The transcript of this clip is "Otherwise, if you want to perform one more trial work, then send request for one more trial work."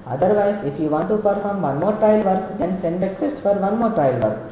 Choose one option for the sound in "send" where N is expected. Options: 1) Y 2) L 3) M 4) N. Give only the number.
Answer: 4